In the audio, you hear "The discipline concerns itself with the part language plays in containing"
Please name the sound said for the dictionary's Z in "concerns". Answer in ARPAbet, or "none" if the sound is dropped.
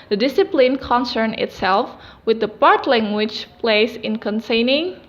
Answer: none